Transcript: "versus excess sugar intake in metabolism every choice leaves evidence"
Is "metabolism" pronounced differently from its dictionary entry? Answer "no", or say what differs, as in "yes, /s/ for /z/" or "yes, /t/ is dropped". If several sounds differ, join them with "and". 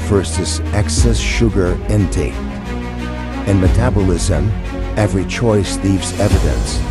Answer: no